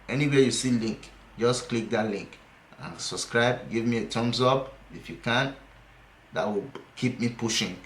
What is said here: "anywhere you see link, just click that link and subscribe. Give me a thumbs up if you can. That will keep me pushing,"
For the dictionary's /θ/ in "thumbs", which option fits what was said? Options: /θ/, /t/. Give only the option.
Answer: /t/